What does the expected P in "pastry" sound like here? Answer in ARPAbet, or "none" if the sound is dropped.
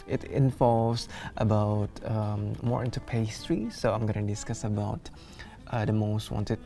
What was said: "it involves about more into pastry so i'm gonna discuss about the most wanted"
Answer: P